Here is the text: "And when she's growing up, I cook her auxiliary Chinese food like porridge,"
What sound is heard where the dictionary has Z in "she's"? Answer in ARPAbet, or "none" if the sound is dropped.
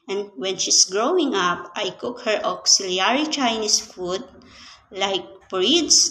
S